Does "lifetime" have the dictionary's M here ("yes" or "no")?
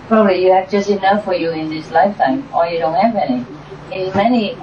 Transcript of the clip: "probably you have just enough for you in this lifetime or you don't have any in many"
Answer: yes